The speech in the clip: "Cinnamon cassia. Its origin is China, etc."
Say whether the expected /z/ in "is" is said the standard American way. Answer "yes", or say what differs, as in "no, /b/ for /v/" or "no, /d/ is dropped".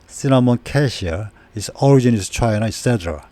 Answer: no, /s/ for /z/